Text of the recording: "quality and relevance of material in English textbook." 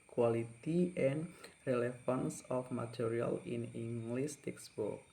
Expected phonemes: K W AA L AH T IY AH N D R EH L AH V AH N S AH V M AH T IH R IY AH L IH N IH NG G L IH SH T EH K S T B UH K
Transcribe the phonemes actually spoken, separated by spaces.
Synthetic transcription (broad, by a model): K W AA L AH T IY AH N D R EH L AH F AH N S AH F M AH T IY R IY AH L IH N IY NG G L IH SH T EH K S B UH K